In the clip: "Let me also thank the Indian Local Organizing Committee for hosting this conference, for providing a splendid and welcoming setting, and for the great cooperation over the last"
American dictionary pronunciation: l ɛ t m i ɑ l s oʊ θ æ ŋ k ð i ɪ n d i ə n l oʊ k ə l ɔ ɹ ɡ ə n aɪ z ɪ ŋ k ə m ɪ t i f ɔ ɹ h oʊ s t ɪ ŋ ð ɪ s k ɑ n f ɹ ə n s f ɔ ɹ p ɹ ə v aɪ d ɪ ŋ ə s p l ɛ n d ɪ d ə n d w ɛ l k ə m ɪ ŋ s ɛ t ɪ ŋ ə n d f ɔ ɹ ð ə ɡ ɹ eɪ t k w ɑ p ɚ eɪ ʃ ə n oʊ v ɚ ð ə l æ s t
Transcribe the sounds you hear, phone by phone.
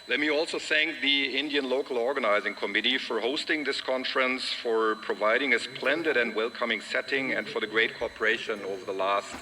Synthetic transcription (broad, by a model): l ɛ t m i ɑ l s oʊ θ æ ŋ k ð i ɪ n d i ə n l oʊ k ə l ɔ ɹ ɡ ə n aɪ z ɪ ŋ k ə m ɪ t i f ɔ ɹ h oʊ s t ɪ ŋ ð ɪ s k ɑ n f ɹ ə n s f ɔ ɹ p ɹ ə v aɪ d ɪ ŋ ə s p l ɛ n d ɪ d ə n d w ɛ l k ə m ɪ ŋ s ɛ t ɪ ŋ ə n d f ɔ ɹ ð ə ɡ ɹ eɪ t k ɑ p ɚ eɪ ʃ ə n oʊ v ɚ ð ə l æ s t